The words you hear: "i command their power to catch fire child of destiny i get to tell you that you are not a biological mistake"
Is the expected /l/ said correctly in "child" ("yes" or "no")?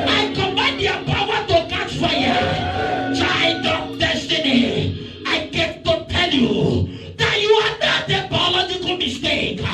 no